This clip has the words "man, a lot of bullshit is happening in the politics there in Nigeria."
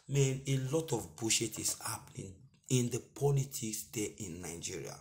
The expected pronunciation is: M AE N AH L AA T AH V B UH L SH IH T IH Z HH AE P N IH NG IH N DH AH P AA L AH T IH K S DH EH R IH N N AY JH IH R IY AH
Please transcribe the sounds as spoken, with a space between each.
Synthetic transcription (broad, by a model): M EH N AH L AA T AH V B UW SH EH T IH S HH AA P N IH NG IH N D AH P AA L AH T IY K S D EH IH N N AY JH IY R IY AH